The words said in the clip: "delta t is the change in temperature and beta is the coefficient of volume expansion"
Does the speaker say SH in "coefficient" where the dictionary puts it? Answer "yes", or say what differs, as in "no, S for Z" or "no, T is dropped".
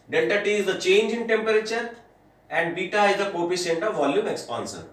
no, S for SH